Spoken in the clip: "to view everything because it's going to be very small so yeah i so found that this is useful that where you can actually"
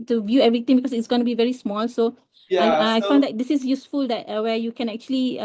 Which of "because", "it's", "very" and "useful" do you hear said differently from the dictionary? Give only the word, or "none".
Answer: because